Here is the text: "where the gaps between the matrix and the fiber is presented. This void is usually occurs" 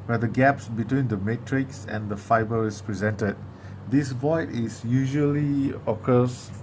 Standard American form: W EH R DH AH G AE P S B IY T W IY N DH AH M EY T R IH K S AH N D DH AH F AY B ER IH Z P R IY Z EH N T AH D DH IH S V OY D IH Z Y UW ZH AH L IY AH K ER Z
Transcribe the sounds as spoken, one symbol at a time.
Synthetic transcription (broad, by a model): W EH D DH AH G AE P S B IY T W IY N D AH M EY T R IH K S AH N D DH AH F AY B ER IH S P R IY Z EH N T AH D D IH S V OY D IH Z Y UW ZH AH L IY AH K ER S